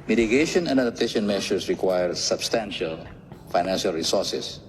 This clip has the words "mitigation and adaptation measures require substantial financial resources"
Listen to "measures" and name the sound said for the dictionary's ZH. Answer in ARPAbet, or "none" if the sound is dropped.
SH